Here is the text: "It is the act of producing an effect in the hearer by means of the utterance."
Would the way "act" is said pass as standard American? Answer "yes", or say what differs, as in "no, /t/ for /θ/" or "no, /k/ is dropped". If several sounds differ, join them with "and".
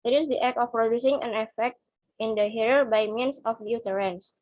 no, /t/ is dropped